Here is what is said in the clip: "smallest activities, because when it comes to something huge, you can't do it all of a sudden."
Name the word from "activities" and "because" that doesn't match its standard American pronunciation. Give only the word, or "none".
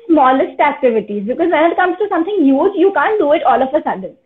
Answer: none